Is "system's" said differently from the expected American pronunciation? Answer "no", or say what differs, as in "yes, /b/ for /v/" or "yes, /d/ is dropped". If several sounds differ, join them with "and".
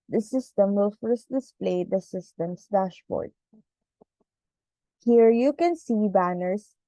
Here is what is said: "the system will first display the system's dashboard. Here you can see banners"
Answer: yes, /s/ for /z/